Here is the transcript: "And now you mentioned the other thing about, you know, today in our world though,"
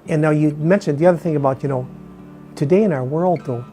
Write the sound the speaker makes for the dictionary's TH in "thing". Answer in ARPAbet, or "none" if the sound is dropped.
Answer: TH